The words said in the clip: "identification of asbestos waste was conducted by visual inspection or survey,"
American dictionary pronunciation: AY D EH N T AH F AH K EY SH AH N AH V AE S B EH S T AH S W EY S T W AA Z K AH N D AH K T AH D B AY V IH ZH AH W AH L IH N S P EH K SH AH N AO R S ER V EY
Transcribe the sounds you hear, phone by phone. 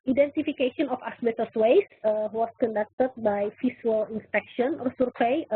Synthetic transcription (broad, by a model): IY D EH N T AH F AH K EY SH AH N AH F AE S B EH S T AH S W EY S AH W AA S K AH N D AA K T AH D B AY F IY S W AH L IH N S P EH K SH AH N AO R S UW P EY